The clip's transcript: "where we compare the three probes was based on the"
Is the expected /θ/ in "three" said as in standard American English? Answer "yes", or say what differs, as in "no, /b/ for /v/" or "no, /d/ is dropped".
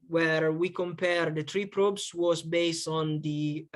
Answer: no, /t/ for /θ/